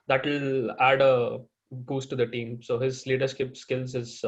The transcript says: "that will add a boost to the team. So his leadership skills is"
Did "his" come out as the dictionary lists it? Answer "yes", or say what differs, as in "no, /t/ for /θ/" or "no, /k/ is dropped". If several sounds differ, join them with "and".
yes